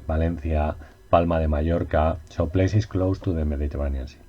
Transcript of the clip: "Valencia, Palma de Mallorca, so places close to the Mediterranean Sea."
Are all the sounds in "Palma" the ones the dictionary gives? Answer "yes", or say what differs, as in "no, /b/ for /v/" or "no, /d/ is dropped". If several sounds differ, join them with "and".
yes